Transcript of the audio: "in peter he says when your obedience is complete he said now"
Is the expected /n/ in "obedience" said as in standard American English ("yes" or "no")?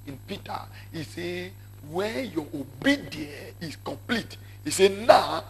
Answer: no